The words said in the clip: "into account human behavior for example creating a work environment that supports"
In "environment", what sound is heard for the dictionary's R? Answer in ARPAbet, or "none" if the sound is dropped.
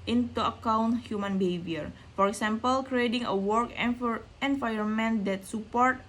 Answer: none